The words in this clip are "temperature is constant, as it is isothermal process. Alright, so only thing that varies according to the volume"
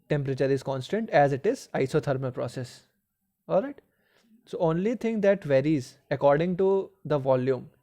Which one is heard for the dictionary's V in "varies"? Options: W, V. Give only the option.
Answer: V